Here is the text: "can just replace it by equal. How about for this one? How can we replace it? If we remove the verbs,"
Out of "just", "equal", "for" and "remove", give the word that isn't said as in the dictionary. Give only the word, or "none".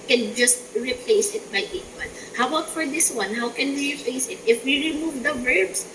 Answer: equal